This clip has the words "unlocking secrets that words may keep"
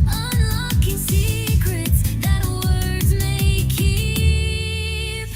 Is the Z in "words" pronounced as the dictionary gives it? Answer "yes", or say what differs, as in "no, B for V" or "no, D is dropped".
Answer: yes